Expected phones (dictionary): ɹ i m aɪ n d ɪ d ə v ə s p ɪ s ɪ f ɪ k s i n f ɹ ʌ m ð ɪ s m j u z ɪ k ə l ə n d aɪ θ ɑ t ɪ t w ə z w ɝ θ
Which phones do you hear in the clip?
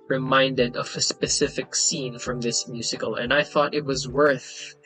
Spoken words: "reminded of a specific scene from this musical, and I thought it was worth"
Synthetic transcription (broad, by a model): ɹ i m aɪ n d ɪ d ə v ə s p ɪ s ɪ f ɪ k s i n f ɹ ʌ m ð ɪ s m j u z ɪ k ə l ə n aɪ θ ɑ t ɪ t w ə z w ɝ θ